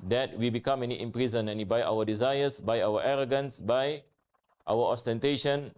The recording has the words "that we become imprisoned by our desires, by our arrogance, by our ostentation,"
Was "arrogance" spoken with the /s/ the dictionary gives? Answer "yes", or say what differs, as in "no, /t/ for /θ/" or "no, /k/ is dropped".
yes